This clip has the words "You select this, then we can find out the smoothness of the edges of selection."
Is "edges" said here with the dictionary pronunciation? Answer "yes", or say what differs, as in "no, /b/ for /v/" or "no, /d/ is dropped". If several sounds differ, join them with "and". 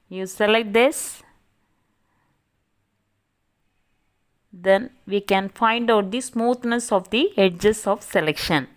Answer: no, /s/ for /z/